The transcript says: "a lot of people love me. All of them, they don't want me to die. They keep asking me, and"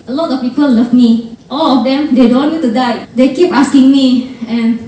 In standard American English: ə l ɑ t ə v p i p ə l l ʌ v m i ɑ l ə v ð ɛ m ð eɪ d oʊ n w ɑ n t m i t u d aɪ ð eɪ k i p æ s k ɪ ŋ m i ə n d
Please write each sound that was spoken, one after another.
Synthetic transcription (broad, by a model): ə l ɑ t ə f p i p ə l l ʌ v m i ɑ l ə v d ɛ m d eɪ d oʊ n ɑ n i t u d aɪ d eɪ k i p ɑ s k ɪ ŋ m i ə n